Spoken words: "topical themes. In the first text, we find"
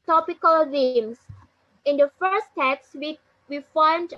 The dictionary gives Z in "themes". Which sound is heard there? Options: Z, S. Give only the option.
S